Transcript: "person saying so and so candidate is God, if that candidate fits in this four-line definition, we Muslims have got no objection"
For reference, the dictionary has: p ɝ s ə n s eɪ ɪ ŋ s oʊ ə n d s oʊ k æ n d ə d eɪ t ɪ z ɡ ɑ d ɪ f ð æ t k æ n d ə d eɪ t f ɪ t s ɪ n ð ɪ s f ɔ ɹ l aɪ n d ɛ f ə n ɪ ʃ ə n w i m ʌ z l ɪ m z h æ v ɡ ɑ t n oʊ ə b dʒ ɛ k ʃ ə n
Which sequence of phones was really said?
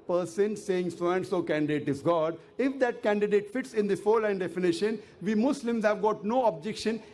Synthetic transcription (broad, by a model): p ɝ s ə n s eɪ ɪ ŋ s oʊ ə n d s oʊ k æ n d ə d eɪ t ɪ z ɡ ɑ d ɪ f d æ t k æ n d ə d eɪ t f ɪ t s ɪ n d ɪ f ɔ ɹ l aɪ n d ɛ f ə n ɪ ʃ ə n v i m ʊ s l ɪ m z h æ v ɡ ɑ t n oʊ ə b dʒ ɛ k ʃ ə n